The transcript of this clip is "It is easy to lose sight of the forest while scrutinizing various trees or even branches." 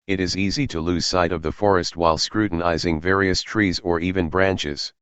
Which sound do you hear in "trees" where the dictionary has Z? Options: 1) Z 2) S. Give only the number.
1